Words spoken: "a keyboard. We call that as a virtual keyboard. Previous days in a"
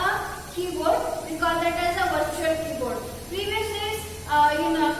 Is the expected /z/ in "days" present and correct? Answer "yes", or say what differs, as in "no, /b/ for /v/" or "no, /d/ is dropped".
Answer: no, /z/ is dropped